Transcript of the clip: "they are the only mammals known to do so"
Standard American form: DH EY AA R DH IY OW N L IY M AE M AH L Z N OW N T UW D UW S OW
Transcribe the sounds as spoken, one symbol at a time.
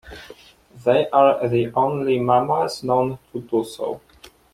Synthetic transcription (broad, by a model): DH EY AA R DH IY OW N L IY M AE M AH Z N OW N T UW D UW S OW